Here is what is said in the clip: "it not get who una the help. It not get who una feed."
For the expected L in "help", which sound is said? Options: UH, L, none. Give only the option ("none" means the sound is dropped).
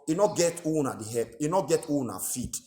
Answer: none